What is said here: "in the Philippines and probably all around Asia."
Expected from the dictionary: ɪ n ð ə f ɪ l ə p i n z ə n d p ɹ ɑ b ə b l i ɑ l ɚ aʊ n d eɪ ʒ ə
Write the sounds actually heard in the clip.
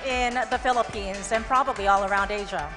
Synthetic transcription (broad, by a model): ɪ n ð ə f ɪ l ə p i n z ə n p ɹ ɑ b ə b l i ɑ l ɚ aʊ n d eɪ ʒ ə